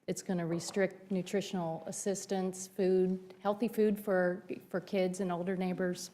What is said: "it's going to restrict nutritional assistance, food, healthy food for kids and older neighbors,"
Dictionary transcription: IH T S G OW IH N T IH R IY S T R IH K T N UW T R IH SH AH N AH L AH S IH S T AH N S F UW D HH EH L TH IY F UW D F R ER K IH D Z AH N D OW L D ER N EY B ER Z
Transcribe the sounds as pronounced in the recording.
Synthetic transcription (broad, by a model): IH T S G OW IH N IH R IY S T R IH K T N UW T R IH SH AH N L AH S IH S T AH N S F UW D HH EH L TH IY F UW D F R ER K IH D Z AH N OW L D ER N EY B ER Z